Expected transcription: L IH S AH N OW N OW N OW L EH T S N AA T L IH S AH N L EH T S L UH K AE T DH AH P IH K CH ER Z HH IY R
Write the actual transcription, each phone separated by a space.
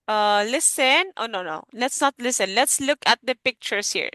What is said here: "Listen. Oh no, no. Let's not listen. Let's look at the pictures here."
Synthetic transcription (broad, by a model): L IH S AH N OW N OW N OW L EH T S N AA T L IH S AH N L EH T S L UH K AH T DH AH P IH K CH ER S HH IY R